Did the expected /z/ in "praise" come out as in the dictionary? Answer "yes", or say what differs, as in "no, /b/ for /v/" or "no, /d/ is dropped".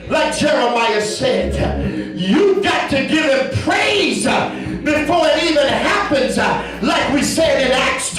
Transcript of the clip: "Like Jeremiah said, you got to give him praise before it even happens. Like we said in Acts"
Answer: yes